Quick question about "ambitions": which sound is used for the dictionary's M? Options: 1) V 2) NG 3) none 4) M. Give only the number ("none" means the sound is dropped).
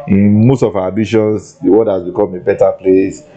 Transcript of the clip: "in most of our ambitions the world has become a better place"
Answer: 3